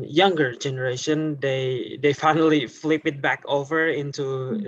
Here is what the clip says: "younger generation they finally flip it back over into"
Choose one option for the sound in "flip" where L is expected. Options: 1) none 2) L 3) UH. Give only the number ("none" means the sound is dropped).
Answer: 2